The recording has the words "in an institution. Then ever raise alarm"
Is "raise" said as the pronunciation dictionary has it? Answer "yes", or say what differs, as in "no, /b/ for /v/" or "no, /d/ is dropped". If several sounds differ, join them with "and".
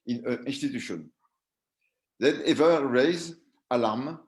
yes